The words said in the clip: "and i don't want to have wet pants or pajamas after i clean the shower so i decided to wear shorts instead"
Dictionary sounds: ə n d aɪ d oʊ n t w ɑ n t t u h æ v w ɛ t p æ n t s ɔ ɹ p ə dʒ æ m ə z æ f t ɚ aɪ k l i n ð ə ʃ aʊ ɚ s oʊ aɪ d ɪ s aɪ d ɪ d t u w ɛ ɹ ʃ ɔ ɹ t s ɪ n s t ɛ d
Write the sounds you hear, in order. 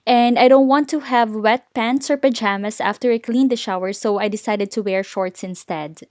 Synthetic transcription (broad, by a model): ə n d aɪ d oʊ n t w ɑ n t t u h æ v w ɛ t p æ n t s ɔ ɹ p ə dʒ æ m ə s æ f t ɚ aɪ k l i n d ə ʃ aʊ ɚ s oʊ aɪ d ɪ s aɪ d ɪ d t u w ɛ ɹ ʃ ɔ ɹ t s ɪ n s t ɛ d